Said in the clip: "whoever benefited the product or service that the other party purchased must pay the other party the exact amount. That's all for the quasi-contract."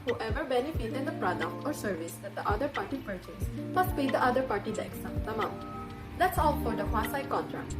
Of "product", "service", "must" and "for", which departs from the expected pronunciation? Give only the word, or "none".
none